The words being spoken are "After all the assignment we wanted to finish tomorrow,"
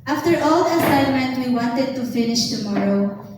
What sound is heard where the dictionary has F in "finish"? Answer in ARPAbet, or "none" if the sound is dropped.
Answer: F